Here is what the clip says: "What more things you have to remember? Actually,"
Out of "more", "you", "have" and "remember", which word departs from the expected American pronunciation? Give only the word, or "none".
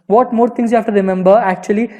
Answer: have